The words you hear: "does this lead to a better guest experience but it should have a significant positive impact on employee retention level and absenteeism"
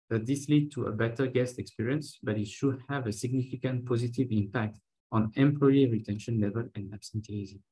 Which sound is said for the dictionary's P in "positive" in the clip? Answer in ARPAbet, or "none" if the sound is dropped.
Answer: P